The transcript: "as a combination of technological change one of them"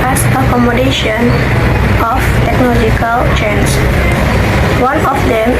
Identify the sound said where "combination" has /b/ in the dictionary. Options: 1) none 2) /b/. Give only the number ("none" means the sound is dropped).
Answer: 1